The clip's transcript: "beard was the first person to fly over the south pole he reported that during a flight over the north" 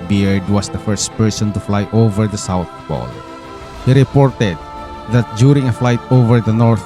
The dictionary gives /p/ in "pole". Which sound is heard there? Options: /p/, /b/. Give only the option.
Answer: /b/